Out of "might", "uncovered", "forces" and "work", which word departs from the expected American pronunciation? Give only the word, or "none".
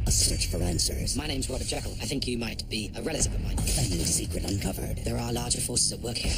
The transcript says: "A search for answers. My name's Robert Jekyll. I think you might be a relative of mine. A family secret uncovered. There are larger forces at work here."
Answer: none